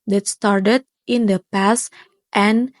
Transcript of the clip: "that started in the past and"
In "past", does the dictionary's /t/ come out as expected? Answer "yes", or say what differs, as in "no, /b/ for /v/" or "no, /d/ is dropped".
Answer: yes